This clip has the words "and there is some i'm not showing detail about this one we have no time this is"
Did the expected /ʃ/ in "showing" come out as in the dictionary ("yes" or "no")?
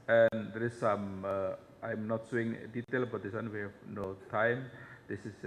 no